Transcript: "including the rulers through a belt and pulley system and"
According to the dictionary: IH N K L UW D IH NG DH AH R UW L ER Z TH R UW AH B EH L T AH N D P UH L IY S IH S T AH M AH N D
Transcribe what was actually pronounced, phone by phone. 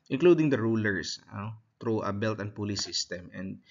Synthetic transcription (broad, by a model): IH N K L UW D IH NG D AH R UW L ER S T R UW AH B EH L T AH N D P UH L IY S IH S T AH M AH N D